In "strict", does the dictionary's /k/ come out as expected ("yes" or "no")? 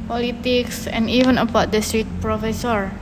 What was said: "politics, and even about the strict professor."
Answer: no